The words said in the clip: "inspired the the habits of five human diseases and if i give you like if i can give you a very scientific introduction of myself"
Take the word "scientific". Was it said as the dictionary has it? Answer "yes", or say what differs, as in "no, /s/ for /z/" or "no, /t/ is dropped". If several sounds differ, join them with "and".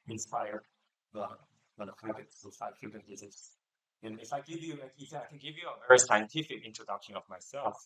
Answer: yes